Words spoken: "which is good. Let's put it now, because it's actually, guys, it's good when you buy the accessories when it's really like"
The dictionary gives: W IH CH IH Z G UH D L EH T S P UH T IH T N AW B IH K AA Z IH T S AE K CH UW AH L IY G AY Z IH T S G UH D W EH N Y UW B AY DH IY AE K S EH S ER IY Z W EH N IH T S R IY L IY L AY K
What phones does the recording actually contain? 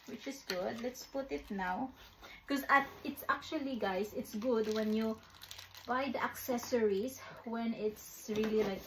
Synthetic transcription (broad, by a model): W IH CH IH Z G UH D L EH T S P UH T IH T N AW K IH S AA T IH T S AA K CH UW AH L IY G AY S IH T S G UH D W EH N Y UW B AY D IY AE K S EH S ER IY S W EH N IH T S R IY L IY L AY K